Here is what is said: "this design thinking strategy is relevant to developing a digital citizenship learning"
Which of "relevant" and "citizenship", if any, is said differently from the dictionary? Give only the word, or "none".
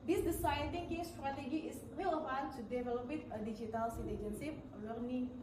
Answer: citizenship